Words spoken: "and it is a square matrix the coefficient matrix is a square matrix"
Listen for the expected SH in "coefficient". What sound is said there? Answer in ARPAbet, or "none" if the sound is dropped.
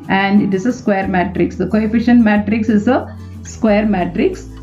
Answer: SH